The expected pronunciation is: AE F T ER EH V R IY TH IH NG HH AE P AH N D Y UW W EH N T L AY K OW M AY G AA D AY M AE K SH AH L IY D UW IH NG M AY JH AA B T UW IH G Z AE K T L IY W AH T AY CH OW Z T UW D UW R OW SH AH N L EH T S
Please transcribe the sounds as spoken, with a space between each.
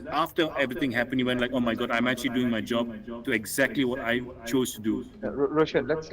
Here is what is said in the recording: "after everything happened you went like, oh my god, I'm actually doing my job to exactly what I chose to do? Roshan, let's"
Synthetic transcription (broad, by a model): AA F T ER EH V R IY T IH NG HH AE P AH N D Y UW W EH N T L AY K OW M AY G AA D AY M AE K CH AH L IY D UW IH NG M AY JH AA B T UW IH G Z AE K T L IY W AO T AY CH OW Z T UW D UW R OW SH AH N L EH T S